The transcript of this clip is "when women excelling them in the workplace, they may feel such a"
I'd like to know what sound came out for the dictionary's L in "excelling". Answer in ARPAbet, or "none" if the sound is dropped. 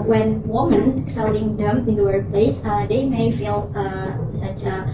N